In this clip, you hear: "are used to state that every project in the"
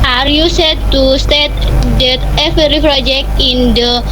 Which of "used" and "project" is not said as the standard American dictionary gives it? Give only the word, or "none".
used